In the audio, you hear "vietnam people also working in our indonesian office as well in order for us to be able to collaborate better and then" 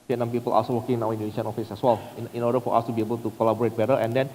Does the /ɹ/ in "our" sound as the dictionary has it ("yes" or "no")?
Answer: no